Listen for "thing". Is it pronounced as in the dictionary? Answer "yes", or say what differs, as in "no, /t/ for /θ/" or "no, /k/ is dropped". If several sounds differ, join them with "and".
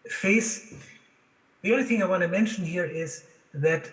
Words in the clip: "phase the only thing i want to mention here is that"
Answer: yes